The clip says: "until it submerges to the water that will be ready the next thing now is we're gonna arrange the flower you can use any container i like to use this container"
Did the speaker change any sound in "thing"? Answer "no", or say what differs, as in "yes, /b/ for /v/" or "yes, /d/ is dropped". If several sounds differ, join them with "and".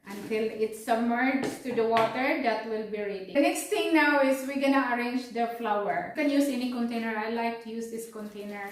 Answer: yes, /t/ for /θ/